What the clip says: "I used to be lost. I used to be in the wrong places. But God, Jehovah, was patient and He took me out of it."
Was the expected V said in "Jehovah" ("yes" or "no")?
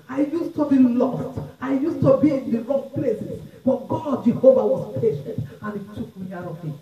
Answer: yes